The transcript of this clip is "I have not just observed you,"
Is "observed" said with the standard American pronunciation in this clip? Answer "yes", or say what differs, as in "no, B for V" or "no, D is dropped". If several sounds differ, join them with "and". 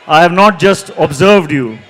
yes